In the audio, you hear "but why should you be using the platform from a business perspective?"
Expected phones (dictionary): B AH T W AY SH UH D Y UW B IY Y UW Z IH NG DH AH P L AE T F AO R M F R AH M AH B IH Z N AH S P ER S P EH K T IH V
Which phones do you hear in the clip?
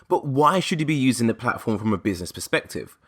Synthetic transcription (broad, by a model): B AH T W AY SH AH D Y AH B IY Y UW Z IH NG DH AH P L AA T F AO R M F R AH M AH B IH Z N AH S P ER S P EH K T IH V